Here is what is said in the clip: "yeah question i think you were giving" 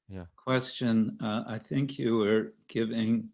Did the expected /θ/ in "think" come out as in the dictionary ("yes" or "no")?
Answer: yes